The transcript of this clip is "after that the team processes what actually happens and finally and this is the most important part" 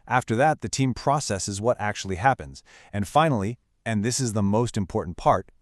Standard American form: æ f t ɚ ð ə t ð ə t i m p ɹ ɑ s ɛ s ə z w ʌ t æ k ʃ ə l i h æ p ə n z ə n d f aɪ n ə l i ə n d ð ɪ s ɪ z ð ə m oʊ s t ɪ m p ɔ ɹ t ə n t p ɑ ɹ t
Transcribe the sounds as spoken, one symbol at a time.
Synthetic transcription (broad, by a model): æ f t ɚ ð ə t ð ə t i m p ɹ ɑ s ɛ s ə z w ʌ t æ k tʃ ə l i h æ p ə n z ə n f aɪ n l i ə n ð ɪ s ɪ z ð ə m oʊ s t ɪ m p ɔ ɹ t n p ɑ ɹ t